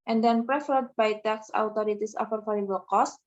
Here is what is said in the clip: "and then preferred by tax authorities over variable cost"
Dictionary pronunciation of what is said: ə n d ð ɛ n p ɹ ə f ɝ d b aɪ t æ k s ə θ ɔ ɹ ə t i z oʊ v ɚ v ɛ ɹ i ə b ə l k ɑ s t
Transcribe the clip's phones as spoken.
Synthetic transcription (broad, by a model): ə n d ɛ n p ɹ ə f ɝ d b aɪ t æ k s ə t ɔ ɹ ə t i s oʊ f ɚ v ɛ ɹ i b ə l k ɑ s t